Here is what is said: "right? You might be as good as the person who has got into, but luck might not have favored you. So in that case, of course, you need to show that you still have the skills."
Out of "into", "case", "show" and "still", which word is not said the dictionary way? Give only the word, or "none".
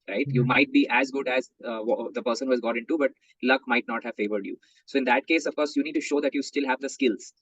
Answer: none